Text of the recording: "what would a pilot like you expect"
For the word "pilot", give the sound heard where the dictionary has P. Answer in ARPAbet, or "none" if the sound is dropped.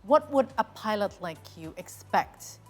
P